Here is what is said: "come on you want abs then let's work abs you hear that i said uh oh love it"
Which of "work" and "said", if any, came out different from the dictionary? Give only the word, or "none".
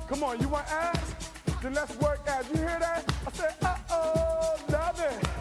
said